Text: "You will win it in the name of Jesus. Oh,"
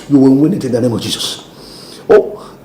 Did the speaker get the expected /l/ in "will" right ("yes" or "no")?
no